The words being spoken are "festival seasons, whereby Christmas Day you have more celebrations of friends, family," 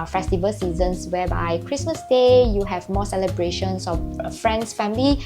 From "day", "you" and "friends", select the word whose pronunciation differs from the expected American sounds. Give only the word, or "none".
friends